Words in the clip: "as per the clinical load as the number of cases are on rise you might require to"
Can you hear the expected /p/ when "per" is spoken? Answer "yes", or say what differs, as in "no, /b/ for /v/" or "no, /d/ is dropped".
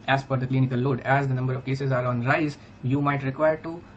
no, /f/ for /p/